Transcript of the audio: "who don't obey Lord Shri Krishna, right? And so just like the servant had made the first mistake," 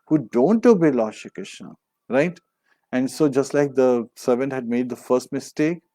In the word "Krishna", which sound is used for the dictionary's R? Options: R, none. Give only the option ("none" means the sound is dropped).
none